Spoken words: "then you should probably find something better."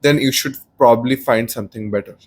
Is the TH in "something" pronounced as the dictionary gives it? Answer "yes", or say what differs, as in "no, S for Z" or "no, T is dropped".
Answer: no, T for TH